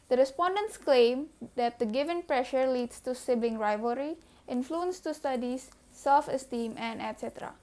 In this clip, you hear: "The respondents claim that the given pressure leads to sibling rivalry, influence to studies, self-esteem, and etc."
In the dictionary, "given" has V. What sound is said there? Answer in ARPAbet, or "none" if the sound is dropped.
V